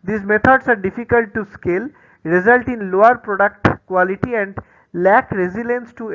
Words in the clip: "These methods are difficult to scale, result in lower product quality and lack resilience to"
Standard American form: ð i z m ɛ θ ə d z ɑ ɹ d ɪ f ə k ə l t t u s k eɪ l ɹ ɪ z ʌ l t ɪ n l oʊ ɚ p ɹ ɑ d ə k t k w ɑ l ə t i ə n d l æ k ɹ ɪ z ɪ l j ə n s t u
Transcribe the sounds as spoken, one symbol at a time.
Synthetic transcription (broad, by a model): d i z m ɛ t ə d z ɑ ɹ d ɪ f ə k ə l t t u s k eɪ l ɹ ɪ z ʌ l t ɪ n l oʊ ɚ p ɹ ɑ d ə k t k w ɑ l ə t i ə n d l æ k ɹ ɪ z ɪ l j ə n s t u